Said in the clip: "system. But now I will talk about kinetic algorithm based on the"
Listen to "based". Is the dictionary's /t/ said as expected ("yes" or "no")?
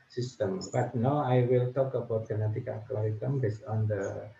no